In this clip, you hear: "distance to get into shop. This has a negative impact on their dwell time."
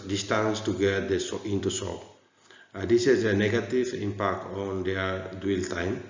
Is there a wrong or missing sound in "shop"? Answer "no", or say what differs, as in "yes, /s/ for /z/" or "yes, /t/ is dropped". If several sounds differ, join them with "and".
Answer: yes, /s/ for /ʃ/